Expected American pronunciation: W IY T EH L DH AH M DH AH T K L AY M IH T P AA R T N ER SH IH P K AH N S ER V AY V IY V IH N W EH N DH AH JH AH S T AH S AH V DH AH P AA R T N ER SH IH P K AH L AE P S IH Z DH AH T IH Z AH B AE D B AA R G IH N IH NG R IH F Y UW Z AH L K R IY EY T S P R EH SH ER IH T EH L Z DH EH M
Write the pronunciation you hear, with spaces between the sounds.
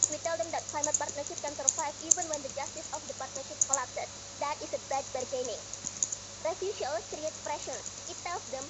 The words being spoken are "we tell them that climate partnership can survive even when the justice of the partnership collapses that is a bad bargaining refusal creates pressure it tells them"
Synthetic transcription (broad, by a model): W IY T EH L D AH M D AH T K L AY M IH T P AA R T N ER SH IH P K AH N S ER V AY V IY V IH N W EH N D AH JH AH S T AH S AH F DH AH P AA R T N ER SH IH P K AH L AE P S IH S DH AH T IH S AH B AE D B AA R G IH N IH NG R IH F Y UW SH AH L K R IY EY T P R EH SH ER IH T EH L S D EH M